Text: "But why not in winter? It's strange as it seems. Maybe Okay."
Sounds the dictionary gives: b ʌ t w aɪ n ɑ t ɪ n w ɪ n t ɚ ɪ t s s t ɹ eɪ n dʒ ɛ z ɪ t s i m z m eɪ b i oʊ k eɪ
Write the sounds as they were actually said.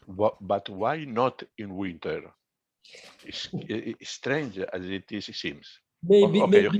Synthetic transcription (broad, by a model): b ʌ t w aɪ n ɑ t ɪ n w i n t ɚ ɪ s s t ɹ eɪ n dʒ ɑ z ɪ t s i m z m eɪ i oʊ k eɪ